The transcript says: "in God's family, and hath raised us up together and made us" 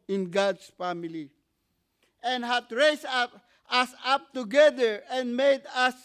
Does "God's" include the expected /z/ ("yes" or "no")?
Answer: no